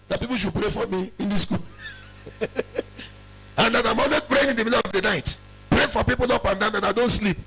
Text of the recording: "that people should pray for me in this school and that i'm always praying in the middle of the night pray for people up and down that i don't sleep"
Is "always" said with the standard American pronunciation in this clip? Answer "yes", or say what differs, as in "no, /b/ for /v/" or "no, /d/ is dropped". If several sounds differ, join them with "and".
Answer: no, /z/ is dropped